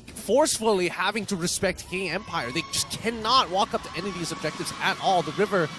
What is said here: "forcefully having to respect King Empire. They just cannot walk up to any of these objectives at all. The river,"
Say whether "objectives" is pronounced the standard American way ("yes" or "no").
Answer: yes